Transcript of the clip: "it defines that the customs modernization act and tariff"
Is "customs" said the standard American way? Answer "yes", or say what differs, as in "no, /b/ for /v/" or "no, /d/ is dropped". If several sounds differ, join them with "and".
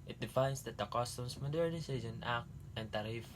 no, /s/ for /z/